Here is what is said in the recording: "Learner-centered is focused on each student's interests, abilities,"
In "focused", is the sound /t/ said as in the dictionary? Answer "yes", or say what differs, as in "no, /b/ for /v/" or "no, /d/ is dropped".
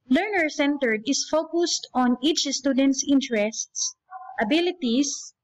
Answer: yes